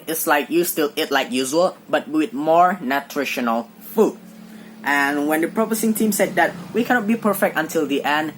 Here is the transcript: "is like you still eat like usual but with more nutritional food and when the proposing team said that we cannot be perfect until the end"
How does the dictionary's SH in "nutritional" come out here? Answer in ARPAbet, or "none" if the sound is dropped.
SH